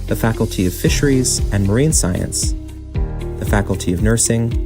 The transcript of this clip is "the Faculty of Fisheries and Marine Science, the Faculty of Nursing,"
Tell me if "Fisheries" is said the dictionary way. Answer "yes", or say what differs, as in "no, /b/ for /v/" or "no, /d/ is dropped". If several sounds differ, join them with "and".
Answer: yes